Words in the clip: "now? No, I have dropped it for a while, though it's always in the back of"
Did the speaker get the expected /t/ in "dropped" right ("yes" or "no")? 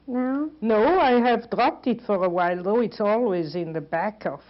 yes